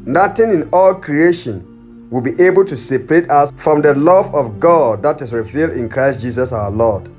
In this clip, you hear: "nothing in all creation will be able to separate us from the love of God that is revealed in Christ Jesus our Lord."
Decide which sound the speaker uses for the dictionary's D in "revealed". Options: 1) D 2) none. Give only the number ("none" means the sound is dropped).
1